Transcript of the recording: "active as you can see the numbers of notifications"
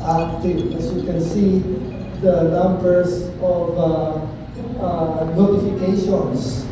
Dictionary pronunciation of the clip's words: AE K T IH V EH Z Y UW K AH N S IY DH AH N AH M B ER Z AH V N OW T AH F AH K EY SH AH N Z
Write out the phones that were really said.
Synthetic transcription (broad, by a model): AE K T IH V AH S Y UW K AH N S IY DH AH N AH M B ER S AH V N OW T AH F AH K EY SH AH N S